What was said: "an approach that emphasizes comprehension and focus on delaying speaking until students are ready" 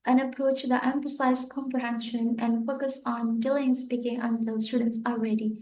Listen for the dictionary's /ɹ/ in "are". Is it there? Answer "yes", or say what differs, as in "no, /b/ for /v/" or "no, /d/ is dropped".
no, /l/ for /ɹ/